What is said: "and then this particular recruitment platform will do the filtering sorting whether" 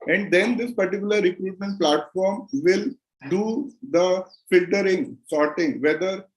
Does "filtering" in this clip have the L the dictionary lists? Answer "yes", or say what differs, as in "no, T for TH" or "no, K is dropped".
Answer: yes